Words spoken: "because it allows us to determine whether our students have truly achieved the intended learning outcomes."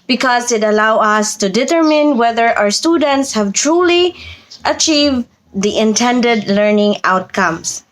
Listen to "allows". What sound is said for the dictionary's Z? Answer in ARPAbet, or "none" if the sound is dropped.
none